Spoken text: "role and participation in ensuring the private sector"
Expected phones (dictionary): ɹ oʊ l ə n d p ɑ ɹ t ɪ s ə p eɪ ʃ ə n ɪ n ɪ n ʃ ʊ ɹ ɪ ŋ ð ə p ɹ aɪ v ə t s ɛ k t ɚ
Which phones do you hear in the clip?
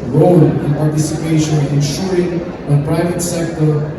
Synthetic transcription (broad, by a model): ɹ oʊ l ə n p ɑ ɹ t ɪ s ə p eɪ ə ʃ ɪ n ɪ n ʃ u ɹ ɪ ŋ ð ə p ɹ aɪ v ə t s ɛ k t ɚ